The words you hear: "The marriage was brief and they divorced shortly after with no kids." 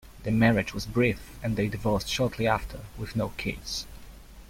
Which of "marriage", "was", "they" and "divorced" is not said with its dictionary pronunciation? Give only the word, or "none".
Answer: none